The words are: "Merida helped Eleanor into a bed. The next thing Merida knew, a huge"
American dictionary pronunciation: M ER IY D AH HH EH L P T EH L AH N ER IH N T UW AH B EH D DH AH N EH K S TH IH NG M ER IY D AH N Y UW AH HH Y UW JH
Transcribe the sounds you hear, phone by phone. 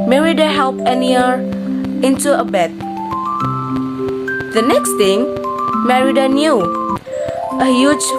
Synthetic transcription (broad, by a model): M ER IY D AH HH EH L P EH N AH ER IH N T UW AH B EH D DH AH N EH K S T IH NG M ER IY D AH N Y UW AH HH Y UW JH